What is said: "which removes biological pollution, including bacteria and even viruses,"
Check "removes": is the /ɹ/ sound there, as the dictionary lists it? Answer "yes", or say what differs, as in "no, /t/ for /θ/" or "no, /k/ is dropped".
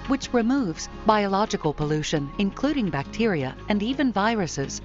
yes